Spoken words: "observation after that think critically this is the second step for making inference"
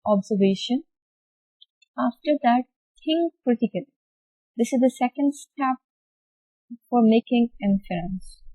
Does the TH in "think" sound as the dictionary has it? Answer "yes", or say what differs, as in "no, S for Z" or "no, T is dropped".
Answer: no, T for TH